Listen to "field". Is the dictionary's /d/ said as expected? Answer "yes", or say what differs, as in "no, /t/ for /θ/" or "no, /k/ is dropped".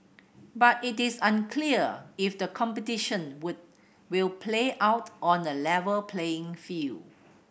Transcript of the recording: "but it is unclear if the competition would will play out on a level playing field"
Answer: no, /d/ is dropped